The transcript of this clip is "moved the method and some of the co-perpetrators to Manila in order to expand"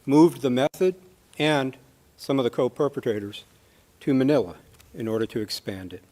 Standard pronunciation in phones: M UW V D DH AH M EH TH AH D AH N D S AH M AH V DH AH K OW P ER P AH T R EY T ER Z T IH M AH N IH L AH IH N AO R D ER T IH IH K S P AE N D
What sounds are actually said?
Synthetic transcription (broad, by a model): M UW V DH AH M EH TH AH D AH N S AH M AH V DH AH K OW P ER P AH T R EY T ER Z T IH M AH N IH L AH IH N AO R D ER T IH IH K S P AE N D